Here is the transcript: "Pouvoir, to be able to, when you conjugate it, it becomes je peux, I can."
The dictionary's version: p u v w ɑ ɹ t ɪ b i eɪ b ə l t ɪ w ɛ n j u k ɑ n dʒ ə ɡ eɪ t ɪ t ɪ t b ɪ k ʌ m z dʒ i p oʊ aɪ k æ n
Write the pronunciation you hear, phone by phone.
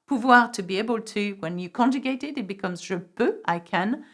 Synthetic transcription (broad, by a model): p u v w ɑ ɹ t ɪ b i eɪ b ə l t ɪ w ɛ n j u k ɑ n dʒ ə ɡ eɪ t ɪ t ɪ t b ɪ k ʌ m z ʒ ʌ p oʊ aɪ k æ n